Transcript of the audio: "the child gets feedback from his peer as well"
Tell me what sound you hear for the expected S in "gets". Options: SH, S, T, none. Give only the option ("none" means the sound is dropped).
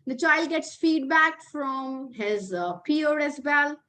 S